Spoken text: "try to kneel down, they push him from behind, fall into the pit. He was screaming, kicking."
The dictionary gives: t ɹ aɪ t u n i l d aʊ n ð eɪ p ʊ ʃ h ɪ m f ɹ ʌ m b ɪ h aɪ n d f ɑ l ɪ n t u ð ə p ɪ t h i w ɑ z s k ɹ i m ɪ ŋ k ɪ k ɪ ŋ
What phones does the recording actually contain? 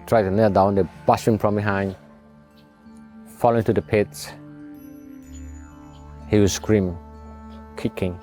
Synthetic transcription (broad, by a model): t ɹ aɪ t u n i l d aʊ n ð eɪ b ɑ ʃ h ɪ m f ɹ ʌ m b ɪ h aɪ n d f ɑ l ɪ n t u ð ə p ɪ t h i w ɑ s k ɹ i m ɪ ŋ k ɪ k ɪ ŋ